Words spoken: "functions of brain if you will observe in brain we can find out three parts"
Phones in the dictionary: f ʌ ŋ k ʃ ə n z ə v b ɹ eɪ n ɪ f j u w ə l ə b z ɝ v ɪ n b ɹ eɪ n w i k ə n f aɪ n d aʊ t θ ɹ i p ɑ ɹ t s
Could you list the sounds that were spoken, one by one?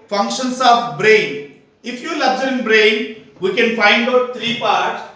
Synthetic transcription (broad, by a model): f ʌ ŋ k ʃ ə n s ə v b ɹ eɪ n ɪ f j u l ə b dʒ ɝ ɪ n b ɹ eɪ n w i k ə n f aɪ n d aʊ t t ɹ i p ɑ ɹ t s